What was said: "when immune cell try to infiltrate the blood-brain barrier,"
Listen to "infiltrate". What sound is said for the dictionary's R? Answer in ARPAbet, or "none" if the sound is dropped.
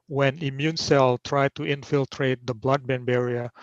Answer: R